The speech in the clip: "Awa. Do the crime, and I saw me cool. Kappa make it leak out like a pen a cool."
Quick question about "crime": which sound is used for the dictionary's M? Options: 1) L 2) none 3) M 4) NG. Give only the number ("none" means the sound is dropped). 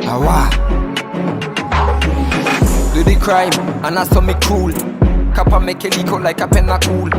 3